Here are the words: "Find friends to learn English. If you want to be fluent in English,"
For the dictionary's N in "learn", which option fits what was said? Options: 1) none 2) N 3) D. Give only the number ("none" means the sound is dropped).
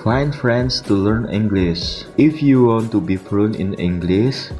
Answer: 2